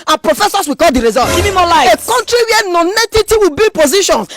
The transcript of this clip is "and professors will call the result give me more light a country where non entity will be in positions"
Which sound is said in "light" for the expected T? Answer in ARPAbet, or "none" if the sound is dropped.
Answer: none